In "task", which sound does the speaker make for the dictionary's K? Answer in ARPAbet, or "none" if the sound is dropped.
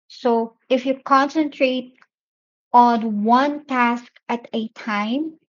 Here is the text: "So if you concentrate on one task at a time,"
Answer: K